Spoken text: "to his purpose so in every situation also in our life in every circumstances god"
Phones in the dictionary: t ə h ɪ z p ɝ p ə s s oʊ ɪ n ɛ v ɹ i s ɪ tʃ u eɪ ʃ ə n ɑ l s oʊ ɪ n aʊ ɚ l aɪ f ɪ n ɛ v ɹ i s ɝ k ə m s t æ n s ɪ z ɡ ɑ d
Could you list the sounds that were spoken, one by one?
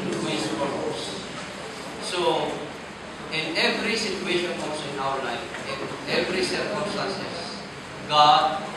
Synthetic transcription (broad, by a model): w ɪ s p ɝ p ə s s oʊ ɪ n ɛ v ɹ i s ɪ tʃ u eɪ ʃ ə n ɑ l s oʊ ɪ n aʊ ɚ l aɪ f ɪ n ɛ v ɹ i s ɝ k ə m s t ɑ n s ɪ s ɡ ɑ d